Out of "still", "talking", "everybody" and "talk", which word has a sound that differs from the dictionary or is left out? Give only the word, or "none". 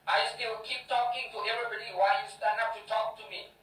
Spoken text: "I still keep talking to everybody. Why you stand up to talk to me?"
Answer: still